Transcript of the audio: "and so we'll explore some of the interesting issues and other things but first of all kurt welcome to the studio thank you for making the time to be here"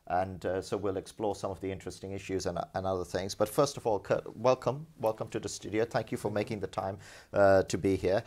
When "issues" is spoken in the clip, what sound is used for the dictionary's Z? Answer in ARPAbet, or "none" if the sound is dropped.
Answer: Z